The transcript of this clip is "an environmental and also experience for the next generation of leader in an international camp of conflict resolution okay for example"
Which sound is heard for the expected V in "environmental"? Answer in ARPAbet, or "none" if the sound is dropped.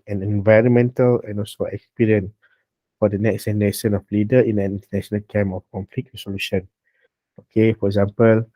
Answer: V